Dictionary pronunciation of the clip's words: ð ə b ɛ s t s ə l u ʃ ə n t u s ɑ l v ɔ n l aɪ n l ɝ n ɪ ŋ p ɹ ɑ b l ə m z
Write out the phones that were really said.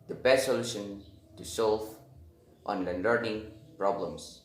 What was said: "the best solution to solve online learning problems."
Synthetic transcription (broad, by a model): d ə b ɛ s t s ə l u ʃ ə n t u s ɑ l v ɔ n l aɪ n l ɝ n ɪ ŋ p ɹ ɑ b l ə m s